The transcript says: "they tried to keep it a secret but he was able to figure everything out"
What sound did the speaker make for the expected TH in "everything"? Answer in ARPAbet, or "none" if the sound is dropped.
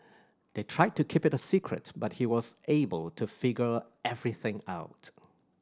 TH